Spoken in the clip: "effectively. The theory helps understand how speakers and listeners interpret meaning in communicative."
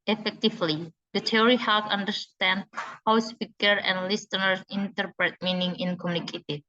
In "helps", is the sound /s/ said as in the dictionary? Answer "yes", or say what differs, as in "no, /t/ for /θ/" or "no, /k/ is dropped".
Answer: no, /s/ is dropped